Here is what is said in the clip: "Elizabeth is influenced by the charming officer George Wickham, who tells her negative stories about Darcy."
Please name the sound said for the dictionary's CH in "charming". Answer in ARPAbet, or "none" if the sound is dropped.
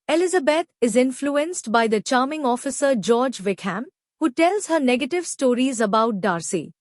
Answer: CH